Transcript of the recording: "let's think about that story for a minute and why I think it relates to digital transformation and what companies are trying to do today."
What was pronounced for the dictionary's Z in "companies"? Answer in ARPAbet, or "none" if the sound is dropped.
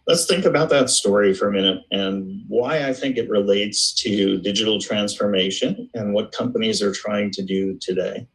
Z